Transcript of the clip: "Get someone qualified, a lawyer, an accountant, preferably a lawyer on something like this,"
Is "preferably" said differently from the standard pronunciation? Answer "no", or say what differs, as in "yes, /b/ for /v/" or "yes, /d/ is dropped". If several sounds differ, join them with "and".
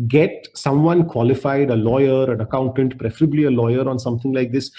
no